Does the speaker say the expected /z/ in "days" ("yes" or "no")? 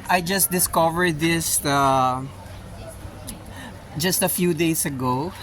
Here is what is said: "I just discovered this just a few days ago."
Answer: no